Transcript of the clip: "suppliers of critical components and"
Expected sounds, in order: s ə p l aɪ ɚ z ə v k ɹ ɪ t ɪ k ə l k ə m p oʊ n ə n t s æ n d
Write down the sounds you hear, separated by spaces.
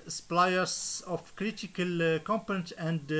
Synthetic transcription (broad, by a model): s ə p l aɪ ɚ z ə f k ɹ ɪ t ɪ k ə l k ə m p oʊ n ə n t æ n d